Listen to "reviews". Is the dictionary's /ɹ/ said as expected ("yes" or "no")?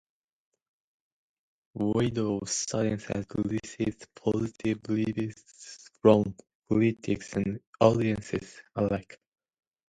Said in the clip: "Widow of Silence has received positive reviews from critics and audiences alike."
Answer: no